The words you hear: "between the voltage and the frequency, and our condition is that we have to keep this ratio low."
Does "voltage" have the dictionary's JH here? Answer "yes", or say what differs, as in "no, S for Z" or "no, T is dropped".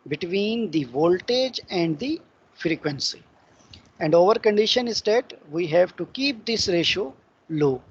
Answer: yes